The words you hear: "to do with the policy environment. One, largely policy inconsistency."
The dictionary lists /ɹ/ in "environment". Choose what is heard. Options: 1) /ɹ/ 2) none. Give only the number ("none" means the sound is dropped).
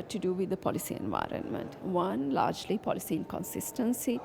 1